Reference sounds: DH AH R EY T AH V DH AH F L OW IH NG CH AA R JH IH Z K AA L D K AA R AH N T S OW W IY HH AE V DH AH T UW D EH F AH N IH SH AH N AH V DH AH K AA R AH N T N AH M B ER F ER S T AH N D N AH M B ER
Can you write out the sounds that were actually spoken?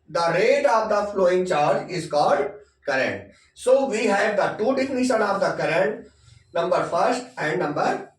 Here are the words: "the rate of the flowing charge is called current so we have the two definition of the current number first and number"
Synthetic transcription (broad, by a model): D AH R EY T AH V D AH F L OW IH NG CH AA R JH IH Z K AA D K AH R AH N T S OW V IY HH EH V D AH T UW D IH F N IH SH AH N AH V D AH K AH R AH N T N AH M B ER F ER S T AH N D N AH M B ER